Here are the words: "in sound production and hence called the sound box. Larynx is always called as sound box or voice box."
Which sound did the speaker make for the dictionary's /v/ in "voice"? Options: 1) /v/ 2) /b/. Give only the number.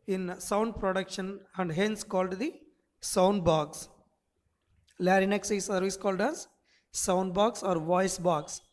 1